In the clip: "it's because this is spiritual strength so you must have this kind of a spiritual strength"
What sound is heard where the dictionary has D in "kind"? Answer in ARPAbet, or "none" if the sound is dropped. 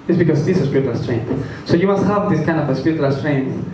D